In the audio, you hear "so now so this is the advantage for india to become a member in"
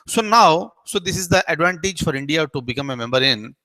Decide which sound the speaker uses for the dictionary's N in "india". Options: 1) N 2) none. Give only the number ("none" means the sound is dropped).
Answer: 1